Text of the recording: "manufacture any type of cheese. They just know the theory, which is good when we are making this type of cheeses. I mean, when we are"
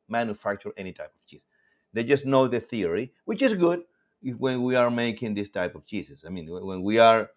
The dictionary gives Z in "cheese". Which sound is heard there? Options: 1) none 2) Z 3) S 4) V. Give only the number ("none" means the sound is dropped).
3